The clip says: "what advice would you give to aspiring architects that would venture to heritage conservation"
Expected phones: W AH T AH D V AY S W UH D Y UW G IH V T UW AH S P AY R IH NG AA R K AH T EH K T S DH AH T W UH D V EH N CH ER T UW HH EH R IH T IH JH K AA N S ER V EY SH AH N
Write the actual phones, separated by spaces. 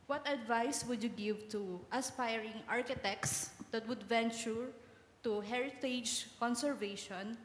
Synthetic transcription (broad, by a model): W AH T AH D V AY S W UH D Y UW G IH V T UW AH S P AY R IH NG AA R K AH T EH K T S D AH T W UH D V EH N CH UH T UW HH EH R IH T IH JH K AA N S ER V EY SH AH N